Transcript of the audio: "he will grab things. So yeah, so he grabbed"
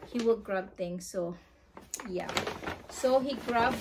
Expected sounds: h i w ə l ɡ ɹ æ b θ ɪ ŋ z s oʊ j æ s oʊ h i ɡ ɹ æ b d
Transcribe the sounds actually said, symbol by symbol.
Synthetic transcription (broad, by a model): h i w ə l ɡ ɹ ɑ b t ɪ ŋ s oʊ j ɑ s oʊ h i ɡ ɹ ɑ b